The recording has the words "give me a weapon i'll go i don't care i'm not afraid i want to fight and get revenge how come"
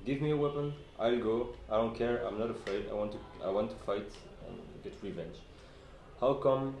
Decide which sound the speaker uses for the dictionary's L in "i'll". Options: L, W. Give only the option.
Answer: L